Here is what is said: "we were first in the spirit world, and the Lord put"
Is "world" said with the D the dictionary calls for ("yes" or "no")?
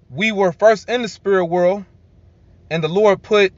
yes